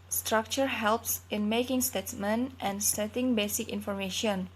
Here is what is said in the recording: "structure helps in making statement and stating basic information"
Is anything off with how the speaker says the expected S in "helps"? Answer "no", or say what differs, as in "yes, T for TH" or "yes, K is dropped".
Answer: no